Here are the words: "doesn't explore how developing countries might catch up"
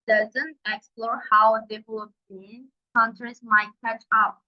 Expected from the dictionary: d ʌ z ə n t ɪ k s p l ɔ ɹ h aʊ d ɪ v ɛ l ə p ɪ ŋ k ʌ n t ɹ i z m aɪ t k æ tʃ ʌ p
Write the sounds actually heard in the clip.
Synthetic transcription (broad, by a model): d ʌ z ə n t ɪ k s p l ɔ ɹ h aʊ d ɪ w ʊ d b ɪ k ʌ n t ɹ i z m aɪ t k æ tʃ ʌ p